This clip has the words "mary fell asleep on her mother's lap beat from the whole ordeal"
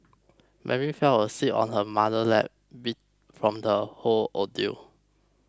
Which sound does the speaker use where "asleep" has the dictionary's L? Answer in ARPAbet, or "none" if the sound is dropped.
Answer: none